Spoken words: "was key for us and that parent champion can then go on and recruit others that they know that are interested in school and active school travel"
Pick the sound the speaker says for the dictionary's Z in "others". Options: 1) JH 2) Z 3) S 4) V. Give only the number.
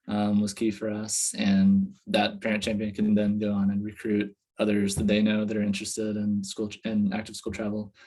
2